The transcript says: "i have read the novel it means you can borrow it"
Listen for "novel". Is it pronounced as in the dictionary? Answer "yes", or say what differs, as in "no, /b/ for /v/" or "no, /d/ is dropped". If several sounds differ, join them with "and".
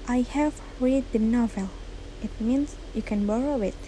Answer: yes